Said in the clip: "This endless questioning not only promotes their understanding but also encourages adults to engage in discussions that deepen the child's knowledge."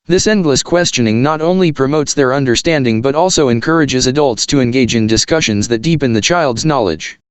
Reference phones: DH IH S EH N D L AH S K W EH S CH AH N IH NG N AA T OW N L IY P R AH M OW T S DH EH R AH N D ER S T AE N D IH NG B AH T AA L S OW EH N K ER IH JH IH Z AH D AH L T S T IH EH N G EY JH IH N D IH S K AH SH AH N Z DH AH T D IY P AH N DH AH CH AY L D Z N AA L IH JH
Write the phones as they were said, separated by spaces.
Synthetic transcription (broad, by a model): DH IH S EH N D L AH S K W EH S CH AH N IH NG N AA T OW N L IY P R AH M OW T S DH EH R AH N D ER S T AE N D IH NG B AH T AA L S OW EH N K ER IH JH IH Z AH D AH L T S T IH EH N G EY JH IH N D IH S K AH SH AH N Z DH AH T D IY P AH N DH AH CH AY L D Z N AA L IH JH